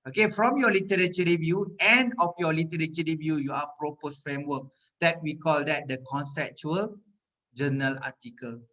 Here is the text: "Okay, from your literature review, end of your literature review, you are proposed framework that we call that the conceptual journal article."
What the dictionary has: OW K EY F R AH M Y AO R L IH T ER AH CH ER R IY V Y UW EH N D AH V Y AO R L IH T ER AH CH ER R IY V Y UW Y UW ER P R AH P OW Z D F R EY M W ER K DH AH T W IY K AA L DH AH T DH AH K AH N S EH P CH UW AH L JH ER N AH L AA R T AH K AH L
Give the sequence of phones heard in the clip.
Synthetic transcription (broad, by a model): OW K EY F R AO M Y AO L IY T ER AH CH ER R IY V Y UW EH N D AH F Y AO L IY T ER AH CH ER R IY V Y UW Y UW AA P R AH P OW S F R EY M W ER K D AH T W IY K AA L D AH T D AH K AH N S EH P CH UW AH L JH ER N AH L AA T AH K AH L